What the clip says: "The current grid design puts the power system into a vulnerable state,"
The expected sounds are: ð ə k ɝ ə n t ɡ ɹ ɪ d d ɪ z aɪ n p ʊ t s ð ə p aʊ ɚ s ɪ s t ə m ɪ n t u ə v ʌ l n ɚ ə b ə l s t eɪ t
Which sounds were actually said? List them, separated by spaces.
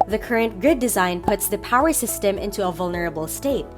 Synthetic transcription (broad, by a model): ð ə k ɝ ə n t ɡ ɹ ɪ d d ɪ z aɪ n p ʊ t s ð ə p aʊ ɚ s ɪ s t ə m ɪ n t u ə v ʌ l n ɚ ə b ə l s t eɪ t